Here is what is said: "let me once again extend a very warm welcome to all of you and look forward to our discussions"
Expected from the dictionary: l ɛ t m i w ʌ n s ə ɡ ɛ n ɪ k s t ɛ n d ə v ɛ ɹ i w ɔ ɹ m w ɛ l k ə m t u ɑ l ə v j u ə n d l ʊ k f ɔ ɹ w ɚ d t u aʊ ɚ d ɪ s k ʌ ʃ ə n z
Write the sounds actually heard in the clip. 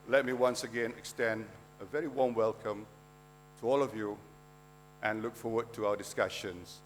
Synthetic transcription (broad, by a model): l ɛ t m i w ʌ n s ə ɡ ɛ n ɪ k s t ɛ n d ə v ɛ ɹ i w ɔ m w ɛ l k ə m t u ɑ l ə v j u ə n l ʊ k f ɔ w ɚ d t u aʊ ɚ d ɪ s k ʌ ʃ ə n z